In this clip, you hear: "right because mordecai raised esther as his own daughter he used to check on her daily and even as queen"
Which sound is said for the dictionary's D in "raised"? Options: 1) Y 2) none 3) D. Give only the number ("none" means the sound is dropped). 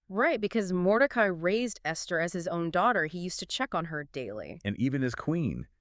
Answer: 3